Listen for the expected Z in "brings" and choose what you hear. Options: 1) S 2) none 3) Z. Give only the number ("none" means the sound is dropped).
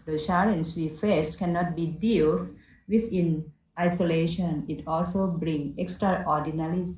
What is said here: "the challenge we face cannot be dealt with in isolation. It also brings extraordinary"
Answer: 2